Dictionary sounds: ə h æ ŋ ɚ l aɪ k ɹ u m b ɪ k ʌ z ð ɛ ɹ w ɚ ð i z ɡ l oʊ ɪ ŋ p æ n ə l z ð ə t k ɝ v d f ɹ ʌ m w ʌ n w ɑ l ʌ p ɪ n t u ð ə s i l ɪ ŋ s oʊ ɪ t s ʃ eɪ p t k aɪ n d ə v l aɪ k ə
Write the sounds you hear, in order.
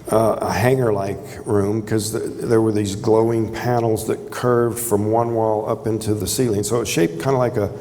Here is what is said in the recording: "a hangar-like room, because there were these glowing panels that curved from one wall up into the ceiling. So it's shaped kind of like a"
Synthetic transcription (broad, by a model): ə h æ ŋ ɚ l aɪ k ɹ u m k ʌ z ð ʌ ɹ w ɚ ð i z ɡ l oʊ ɪ ŋ p æ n l z ð ə t k ɝ v d f ɹ ʌ m w ʌ n w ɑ l ʌ p ɪ n t u ð ə s i l ɪ ŋ s oʊ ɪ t ʃ eɪ p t k aɪ n d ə l aɪ k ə